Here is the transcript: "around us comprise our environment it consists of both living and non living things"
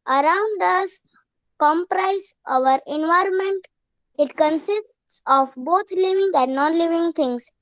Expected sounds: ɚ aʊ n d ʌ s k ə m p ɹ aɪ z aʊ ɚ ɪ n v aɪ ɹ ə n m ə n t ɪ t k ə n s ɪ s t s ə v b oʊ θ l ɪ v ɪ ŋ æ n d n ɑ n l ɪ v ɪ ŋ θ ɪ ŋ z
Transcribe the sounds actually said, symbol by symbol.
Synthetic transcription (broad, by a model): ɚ aʊ n d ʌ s k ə m p ɹ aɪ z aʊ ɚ ɪ n v aɪ ɹ ə n m ə n t ɪ t k ə n s ɪ s t s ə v b oʊ t l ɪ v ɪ ŋ æ n d n ɑ n l ɪ v ɪ ŋ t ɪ ŋ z